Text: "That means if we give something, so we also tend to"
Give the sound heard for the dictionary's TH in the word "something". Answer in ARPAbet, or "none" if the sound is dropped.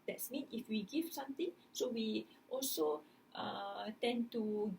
T